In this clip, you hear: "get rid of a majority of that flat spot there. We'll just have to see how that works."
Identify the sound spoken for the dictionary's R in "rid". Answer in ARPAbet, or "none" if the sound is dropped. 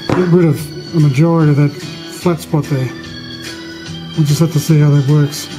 W